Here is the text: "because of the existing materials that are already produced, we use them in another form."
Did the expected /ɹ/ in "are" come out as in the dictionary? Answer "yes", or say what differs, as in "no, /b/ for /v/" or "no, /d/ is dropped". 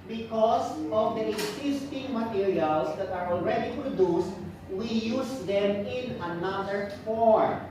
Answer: yes